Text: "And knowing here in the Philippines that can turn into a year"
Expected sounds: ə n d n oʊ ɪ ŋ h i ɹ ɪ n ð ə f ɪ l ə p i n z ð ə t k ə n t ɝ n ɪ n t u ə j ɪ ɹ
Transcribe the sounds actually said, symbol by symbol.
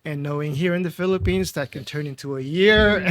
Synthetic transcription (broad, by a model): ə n n oʊ ɪ ŋ h i ɹ ɪ n ð ə f ɪ l ə p i n z ð ə t k ə n t ɝ n ɪ n t u ə j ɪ ɹ